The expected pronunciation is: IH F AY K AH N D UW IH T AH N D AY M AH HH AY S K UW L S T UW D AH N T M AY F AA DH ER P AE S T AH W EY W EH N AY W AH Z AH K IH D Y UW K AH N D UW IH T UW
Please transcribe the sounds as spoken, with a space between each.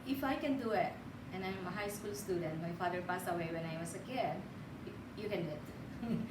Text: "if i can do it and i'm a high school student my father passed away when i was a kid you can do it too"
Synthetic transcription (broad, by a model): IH F AY K AH N D UW IH T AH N AY M AH HH AY S K UW L S T UW D AH N T M AY F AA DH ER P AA S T AH W EY W EH N AY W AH S AH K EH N Y UW K AH N D UW IH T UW